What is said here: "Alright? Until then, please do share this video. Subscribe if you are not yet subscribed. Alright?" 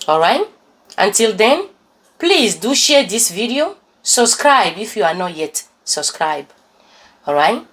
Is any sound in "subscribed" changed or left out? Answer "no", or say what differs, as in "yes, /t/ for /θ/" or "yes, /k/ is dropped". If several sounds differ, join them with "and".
yes, /d/ is dropped